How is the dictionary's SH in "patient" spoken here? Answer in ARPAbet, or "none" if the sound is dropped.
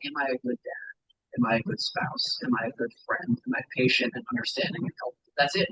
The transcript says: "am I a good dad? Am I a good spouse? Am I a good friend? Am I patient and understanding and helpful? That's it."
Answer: SH